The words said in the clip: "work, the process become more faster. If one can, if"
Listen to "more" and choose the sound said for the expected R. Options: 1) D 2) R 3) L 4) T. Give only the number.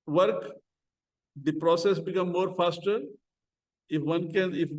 2